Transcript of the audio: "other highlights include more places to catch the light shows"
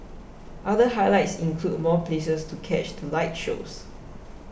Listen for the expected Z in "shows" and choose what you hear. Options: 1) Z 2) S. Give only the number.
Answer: 2